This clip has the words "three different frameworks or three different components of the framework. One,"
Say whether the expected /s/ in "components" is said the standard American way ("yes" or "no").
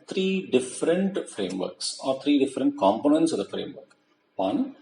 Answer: yes